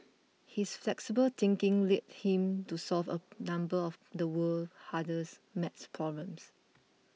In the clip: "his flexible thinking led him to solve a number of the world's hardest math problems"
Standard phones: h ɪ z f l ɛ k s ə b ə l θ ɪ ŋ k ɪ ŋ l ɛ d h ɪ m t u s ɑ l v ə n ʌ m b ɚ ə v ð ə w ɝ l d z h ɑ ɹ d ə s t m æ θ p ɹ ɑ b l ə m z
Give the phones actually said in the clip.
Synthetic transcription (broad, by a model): h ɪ s f l ɛ k s ə b ə l t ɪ ŋ k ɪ ŋ l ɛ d h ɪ m t u s ɑ l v ə n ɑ m b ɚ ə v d ə w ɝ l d h ɑ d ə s m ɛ s p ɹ ɑ b l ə m s